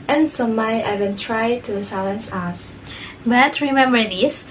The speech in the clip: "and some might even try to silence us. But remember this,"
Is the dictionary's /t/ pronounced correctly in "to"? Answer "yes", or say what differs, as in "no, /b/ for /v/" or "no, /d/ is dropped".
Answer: yes